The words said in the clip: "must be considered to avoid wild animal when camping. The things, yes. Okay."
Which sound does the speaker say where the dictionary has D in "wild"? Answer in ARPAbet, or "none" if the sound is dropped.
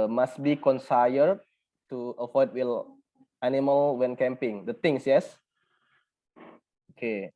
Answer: none